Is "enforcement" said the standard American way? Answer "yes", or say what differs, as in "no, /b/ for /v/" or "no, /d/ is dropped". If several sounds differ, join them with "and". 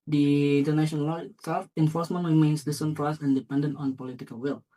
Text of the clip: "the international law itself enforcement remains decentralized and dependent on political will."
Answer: yes